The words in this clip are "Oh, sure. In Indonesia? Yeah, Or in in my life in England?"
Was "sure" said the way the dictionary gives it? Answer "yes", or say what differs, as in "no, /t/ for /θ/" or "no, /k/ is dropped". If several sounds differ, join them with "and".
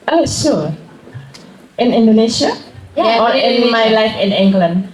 no, /s/ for /ʃ/